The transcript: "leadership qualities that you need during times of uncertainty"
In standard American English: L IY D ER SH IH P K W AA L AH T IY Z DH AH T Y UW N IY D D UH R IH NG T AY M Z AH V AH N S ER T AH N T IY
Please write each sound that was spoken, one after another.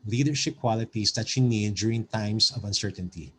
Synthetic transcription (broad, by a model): L IY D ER SH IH P K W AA L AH T IY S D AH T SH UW N IY D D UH R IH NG T AY M S AH V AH N S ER T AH N T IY